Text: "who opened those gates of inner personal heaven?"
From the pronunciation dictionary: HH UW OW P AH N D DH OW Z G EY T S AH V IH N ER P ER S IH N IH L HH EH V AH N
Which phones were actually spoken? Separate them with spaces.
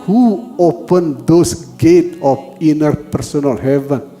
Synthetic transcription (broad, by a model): HH UW OW P AH N D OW S G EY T AH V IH N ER P ER S IH N IH L HH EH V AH N